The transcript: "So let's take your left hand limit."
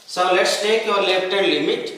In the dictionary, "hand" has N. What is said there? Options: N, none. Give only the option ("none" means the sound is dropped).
none